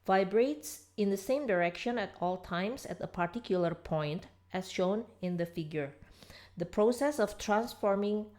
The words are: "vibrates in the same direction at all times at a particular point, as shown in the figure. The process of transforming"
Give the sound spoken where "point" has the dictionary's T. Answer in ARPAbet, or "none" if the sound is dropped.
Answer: T